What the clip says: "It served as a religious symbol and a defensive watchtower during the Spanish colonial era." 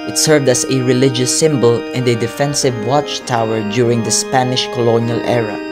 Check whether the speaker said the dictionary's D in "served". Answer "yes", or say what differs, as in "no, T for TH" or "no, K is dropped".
yes